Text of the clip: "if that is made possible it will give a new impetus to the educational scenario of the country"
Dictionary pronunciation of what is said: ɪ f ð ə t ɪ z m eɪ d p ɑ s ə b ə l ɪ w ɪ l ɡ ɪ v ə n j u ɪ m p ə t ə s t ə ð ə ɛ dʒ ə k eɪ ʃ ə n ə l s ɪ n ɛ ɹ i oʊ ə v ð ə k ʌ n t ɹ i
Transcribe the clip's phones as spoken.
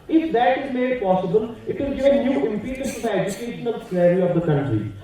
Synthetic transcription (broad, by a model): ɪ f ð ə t ɪ z m eɪ d p ɑ s ə b ə l ɪ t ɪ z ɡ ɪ ə n j u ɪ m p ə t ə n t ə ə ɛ dʒ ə k eɪ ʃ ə n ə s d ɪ ɪ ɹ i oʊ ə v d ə k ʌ n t ɹ i